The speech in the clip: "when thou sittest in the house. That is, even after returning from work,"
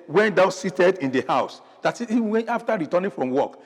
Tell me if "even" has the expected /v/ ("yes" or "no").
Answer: no